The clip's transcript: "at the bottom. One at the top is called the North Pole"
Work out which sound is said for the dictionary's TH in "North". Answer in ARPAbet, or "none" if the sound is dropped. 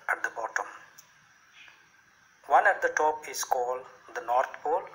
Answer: T